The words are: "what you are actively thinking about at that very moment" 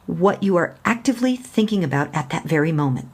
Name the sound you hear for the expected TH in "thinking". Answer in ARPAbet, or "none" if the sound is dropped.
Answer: TH